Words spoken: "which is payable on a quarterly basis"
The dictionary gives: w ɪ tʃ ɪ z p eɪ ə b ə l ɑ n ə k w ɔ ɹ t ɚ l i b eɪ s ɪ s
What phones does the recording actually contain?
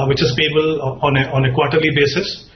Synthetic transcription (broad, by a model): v ɪ tʃ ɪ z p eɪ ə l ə n ɑ n ə k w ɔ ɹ t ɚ l i b eɪ s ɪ s